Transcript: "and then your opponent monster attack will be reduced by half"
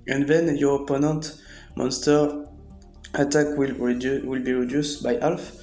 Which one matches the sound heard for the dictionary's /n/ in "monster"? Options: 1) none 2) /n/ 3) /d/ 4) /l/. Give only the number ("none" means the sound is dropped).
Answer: 2